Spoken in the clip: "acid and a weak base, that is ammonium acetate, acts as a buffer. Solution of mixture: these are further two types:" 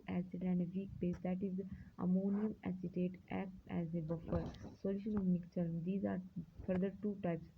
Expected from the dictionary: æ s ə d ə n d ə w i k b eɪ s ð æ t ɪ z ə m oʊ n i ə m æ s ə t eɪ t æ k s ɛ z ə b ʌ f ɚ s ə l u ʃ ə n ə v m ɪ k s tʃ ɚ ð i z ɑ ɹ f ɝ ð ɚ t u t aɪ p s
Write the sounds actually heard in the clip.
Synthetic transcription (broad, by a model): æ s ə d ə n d ə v i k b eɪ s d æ t ɪ z ə m oʊ n i ə m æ s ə t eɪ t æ k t ɛ z ə b ʌ f ɚ s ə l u ʃ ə n ə v m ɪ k tʃ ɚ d i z ɑ ɹ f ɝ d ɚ t u t aɪ p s